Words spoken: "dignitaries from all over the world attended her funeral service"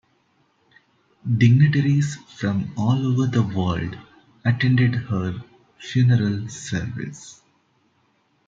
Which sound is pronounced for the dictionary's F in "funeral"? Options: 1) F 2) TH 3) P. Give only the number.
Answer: 1